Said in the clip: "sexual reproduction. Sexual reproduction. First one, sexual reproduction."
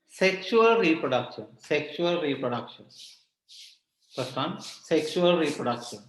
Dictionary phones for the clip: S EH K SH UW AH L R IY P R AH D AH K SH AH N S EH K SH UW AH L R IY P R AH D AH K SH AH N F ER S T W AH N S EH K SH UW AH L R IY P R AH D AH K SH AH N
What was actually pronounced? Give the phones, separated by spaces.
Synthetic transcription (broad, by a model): S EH K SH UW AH L R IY P R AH D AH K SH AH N S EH K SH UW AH L R IY P R AH D AH K SH AH N P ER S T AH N S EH K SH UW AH L R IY P R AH D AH K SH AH N